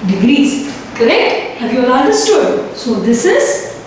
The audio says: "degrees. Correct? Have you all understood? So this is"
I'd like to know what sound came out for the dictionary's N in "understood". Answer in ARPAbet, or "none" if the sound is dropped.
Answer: none